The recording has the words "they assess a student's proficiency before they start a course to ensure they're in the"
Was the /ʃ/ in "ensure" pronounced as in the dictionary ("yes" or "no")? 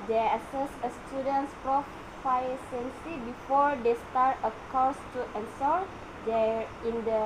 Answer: no